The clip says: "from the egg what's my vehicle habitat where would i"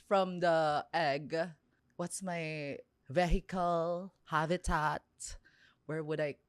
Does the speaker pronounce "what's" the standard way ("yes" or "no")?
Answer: yes